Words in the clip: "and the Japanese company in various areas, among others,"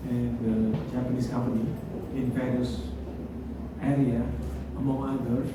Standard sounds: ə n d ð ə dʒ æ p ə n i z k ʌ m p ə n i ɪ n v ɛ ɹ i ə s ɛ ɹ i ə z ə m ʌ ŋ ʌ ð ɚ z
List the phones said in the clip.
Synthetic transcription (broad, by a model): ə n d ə dʒ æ p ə n i s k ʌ m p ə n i ɪ n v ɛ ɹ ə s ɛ ɹ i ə ə m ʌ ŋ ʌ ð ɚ